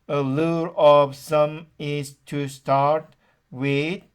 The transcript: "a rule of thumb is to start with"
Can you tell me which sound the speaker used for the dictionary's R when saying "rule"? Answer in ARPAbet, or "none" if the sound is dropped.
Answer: L